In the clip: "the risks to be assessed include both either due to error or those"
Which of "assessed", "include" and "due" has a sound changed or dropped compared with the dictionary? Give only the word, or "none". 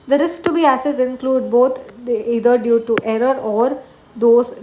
assessed